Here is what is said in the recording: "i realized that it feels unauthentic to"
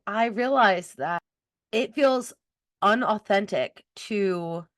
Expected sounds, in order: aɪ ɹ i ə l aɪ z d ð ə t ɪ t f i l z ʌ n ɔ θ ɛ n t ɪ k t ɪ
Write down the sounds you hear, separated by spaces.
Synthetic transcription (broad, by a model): aɪ ɹ i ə l aɪ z ð ə t ɪ t f i l z ʌ n ɔ θ ɛ n t ɪ k t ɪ